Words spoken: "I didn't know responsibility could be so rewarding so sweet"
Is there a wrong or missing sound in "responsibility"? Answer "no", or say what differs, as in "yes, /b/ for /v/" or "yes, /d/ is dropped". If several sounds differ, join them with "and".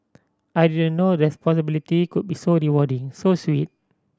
yes, /n/ is dropped